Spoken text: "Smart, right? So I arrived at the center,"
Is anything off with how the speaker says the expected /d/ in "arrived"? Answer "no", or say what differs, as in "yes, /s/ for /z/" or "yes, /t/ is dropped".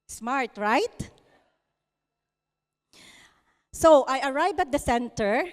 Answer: yes, /d/ is dropped